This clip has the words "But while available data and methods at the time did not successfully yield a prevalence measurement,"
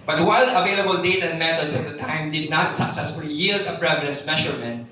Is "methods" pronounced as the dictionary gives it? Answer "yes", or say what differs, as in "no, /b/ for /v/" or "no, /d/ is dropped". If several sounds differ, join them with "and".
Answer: no, /t/ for /θ/ and /s/ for /z/